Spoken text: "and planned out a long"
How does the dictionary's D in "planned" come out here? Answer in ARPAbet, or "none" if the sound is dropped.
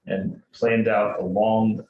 D